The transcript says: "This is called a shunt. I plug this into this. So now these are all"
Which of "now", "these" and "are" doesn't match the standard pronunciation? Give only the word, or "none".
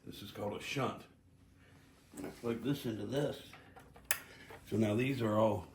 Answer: none